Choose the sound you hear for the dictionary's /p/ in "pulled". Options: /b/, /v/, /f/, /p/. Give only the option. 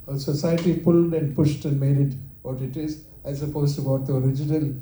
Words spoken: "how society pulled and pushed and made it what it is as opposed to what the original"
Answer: /p/